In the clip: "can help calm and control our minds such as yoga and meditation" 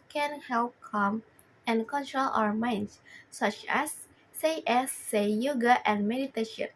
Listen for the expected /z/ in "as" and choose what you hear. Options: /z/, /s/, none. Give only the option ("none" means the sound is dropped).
/s/